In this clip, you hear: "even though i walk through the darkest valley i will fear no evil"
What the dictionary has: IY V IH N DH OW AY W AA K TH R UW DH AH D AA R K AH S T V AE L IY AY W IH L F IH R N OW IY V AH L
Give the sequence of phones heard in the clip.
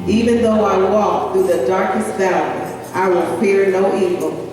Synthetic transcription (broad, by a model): IY V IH N DH OW AY W AA K TH R UW DH AH D AA R K AH S T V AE IY AY W IH L P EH R N OW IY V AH L